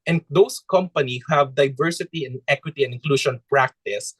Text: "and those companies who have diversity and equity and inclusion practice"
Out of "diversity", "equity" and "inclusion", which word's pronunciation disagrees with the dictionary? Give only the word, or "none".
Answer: inclusion